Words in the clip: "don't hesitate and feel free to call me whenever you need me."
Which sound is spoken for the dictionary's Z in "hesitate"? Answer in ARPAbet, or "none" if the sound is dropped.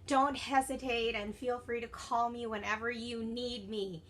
Z